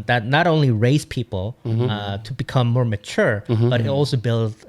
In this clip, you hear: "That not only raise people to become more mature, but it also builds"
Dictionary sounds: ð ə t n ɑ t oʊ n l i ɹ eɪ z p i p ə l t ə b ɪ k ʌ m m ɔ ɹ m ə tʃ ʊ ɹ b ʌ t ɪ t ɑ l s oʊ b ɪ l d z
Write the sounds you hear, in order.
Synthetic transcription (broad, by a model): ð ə t n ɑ t oʊ n l i ɹ eɪ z p i p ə l t ə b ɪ k ʌ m m ɔ ɹ m ə tʃ ʊ ɹ b ʌ t ɪ t ɑ l s oʊ b ɪ l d